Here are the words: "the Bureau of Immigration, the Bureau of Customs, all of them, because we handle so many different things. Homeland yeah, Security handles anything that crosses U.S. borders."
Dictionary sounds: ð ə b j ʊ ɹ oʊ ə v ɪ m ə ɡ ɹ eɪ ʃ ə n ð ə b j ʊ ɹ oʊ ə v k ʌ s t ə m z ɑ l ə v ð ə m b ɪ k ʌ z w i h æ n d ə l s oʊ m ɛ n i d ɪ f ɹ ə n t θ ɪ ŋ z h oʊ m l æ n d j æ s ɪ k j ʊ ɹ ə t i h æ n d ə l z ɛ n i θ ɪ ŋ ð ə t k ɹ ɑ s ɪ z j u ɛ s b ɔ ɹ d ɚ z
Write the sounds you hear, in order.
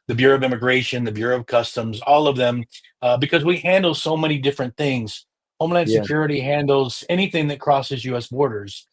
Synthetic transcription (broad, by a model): ð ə b j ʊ ɹ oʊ ə v ɪ m ə ɡ ɹ eɪ ʃ ə n ð ə b j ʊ ɹ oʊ ə v k ʌ s t ə m z ɑ l ə v ð ə m b ɪ k ʌ z w i h æ n d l s oʊ m ɛ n i d ɪ f ɹ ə n θ ɪ ŋ z h oʊ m l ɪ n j s ɪ k j ʊ ɹ ə t i h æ n d l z ɛ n i θ ɪ ŋ ð ə t k ɹ ɑ s ɪ z j u ɛ s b ɔ ɹ d ɚ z